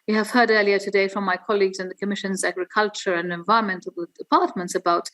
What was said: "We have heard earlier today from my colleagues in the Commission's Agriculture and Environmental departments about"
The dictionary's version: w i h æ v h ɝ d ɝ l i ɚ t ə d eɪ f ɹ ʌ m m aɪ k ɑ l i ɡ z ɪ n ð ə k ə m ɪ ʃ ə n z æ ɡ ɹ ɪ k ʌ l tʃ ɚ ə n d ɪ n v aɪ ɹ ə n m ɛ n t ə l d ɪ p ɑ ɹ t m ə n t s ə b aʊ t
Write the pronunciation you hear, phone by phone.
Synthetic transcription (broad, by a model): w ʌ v h ɝ d ɝ l i ɚ t ə d eɪ f ɹ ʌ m m aɪ k ɑ l i ɡ z ɪ n ð ə k ə m ɪ ʃ ə n z æ ɡ ɹ ɪ k ʌ l tʃ ɚ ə n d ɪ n v aɪ ɹ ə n m ɛ n t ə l d ɪ p ɑ ɹ t m ə n t s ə b aʊ t